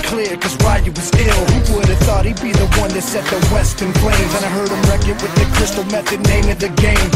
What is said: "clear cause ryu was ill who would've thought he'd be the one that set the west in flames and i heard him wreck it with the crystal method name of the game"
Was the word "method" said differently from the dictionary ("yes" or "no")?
no